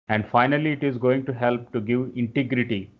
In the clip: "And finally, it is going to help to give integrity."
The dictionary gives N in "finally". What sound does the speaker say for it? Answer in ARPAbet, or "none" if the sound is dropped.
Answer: N